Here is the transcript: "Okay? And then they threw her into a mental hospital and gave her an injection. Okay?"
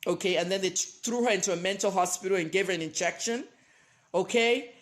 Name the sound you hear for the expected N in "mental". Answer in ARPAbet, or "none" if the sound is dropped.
N